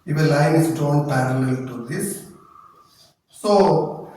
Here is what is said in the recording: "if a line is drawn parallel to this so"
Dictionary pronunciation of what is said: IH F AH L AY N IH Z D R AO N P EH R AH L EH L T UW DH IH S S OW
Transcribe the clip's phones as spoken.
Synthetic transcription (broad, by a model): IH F AH L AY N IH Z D AO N P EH R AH L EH L T UW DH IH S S OW